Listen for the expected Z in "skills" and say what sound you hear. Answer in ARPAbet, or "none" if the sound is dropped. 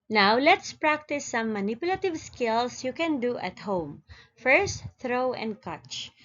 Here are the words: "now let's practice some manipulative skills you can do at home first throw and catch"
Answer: S